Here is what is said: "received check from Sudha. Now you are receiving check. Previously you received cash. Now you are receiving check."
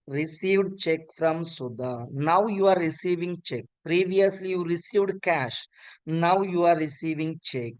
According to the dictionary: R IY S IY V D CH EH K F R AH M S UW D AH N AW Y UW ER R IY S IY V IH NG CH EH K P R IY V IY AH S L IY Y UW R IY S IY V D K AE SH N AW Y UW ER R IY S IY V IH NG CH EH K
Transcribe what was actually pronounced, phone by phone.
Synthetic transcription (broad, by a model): R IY S IY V D CH EH K F R AH M S UW D AH N AW Y UW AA R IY S IY V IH NG CH EH K P R IY V IY AH S L IY Y UW R IY S IY V D K AE SH N AW Y UW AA R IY S IY V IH NG CH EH K